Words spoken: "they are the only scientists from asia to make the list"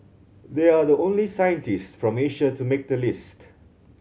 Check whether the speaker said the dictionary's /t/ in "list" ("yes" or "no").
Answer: yes